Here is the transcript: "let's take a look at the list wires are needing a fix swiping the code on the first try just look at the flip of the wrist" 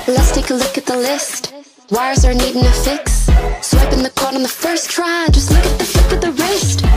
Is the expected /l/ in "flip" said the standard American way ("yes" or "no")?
no